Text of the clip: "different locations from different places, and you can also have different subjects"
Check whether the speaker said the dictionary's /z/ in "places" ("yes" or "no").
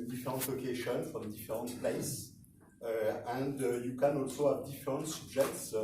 no